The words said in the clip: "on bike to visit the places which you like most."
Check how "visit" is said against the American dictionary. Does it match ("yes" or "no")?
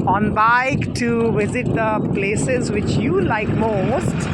yes